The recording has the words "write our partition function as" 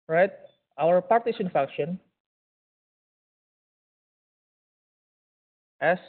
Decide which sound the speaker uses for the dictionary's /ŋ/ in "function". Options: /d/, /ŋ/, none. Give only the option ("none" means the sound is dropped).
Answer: none